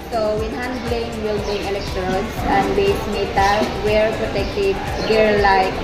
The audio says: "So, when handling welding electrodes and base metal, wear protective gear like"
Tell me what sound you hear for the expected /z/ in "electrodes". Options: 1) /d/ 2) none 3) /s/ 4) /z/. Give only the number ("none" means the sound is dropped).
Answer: 3